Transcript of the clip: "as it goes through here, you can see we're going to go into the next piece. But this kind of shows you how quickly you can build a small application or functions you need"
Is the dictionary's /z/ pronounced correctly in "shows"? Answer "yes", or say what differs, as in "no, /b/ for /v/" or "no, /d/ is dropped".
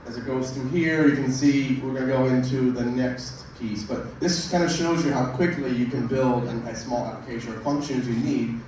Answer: yes